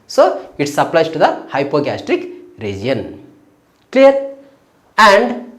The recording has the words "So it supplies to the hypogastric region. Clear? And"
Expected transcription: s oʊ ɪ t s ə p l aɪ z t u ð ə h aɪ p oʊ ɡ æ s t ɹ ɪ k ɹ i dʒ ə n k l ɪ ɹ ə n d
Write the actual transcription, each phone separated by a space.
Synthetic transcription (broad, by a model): s oʊ ɪ t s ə p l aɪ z t u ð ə h aɪ p oʊ ɡ æ s t ɹ ɪ k ɹ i dʒ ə n k l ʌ ɹ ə n d